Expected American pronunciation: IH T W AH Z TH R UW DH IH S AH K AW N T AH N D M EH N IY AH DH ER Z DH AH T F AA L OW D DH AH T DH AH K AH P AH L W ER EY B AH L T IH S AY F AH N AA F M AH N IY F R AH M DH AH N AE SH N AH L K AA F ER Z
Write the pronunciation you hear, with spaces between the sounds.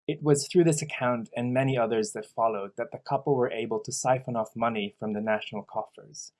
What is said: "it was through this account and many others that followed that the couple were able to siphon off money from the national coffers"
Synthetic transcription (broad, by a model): IH T W AH Z TH R UW DH IH S AH K AW N T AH N M EH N IY AH DH ER Z DH AH T F AA L OW D DH AH T DH AH K AH P L W ER EY B AH L T IH S AY F AH N AA F M AH N IY F R AH M DH AH N AE SH N L K AA F ER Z